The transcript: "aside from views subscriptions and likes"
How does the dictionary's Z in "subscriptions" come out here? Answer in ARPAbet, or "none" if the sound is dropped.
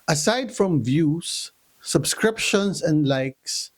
S